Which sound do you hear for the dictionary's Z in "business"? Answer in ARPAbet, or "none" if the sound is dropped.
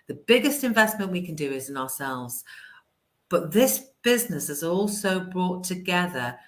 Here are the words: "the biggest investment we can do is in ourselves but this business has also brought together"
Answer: Z